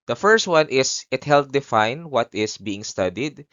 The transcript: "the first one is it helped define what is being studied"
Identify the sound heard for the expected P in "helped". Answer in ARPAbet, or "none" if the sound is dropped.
none